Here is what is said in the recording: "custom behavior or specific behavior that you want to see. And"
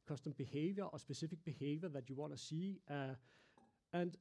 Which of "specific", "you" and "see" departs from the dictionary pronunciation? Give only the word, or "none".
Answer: specific